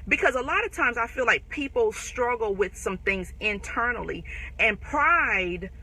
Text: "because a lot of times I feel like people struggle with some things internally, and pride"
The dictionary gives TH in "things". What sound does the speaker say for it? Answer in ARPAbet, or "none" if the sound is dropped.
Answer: TH